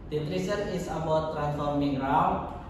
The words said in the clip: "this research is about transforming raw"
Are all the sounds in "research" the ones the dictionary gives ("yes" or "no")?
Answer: no